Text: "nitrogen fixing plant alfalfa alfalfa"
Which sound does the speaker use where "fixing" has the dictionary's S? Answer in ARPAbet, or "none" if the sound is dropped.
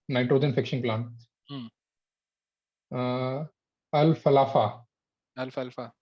SH